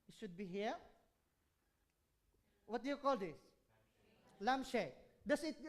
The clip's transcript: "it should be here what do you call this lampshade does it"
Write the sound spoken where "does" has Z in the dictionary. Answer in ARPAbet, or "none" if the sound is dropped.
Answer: S